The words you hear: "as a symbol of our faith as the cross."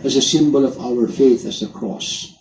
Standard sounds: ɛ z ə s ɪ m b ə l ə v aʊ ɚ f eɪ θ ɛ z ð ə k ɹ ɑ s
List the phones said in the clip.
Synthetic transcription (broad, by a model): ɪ z ə s ɪ m b ə l ə v aʊ ɚ f eɪ θ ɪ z ð ə k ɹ ɑ s